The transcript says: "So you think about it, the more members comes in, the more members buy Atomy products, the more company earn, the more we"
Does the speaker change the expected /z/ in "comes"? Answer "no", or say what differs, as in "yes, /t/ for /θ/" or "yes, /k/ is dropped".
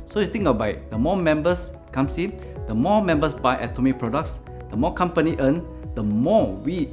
yes, /s/ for /z/